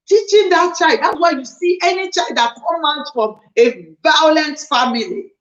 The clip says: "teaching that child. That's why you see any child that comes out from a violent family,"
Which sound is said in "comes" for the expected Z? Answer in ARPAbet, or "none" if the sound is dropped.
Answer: none